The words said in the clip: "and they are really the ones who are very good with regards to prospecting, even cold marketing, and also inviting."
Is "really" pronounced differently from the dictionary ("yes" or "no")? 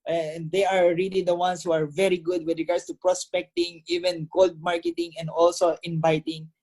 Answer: no